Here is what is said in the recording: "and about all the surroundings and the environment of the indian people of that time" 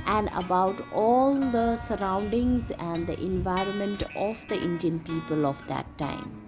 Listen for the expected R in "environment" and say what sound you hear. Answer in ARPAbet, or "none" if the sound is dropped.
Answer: R